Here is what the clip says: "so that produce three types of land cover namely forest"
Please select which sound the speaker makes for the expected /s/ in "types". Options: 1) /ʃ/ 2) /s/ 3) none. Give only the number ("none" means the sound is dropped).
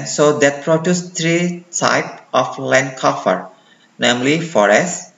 3